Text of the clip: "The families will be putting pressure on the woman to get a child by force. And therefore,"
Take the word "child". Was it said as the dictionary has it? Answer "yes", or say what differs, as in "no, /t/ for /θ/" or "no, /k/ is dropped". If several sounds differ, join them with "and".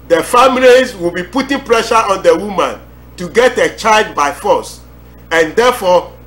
yes